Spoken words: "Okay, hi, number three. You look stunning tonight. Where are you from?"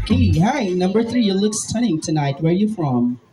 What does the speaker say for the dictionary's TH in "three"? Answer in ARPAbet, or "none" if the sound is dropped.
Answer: TH